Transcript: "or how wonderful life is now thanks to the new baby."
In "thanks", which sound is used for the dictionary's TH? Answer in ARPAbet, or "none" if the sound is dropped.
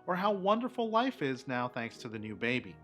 TH